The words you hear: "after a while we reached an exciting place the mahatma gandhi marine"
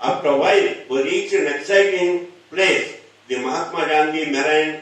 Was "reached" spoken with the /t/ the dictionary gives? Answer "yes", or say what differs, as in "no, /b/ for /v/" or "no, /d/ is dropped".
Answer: no, /t/ is dropped